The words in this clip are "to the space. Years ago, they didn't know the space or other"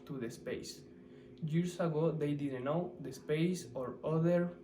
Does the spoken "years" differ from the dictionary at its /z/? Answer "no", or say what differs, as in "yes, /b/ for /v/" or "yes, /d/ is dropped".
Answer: yes, /s/ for /z/